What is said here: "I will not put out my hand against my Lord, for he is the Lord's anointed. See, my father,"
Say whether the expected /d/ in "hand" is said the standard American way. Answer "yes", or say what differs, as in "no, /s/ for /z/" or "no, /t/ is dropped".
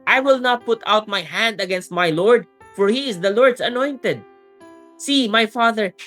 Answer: yes